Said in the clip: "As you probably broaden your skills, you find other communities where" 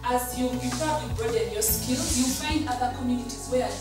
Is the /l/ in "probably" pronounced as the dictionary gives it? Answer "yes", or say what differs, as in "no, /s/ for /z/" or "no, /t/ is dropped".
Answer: no, /l/ is dropped